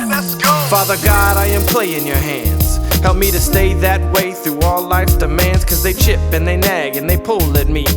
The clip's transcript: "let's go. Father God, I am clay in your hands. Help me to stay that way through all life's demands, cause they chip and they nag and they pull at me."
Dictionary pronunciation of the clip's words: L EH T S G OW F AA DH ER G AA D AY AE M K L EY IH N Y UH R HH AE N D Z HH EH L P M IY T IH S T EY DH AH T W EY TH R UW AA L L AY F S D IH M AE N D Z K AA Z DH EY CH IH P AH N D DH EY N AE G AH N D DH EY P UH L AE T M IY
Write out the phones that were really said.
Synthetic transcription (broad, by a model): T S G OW F AA DH ER G AA D AY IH M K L EY IH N Y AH R HH AE N D Z HH EH L P M IY T IH S T EY DH AH T W EY TH R UW AA L L AY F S D IH M AE N D Z K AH Z DH EY CH IH P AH N DH EY N AE G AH N DH EY P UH L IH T M IY